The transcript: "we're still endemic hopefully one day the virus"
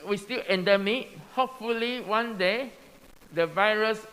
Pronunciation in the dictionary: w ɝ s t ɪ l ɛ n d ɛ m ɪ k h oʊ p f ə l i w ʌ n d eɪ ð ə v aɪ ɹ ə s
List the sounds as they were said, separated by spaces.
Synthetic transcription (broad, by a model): w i s t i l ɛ n d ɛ m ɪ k h oʊ p f ə l i w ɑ n d eɪ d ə v aɪ ɹ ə s